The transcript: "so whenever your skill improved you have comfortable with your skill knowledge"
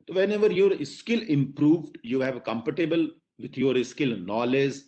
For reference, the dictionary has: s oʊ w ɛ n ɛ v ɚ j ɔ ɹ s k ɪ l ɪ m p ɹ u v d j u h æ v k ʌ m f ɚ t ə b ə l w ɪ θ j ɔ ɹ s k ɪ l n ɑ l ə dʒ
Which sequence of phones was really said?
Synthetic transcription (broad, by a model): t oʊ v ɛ n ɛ v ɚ j ɔ ɹ s k ɪ l ɪ m p ɹ u v d j u h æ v k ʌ m p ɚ t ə b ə l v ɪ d j ɔ ɹ s k ɪ l n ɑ l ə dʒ